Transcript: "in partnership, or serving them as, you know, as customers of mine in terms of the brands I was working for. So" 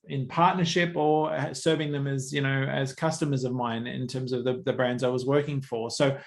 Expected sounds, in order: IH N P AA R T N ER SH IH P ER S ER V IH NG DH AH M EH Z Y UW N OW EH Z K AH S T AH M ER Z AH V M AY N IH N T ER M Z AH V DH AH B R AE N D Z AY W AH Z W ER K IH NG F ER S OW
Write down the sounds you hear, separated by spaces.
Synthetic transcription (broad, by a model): IH N P AA R T N ER SH IH P ER S ER V IH NG DH AH M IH Z Y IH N OW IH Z K AH S T AH M ER Z AH V M AY N IH N T ER M Z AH V DH AH B R AE N D Z AY W AH Z W ER K IH NG F ER S OW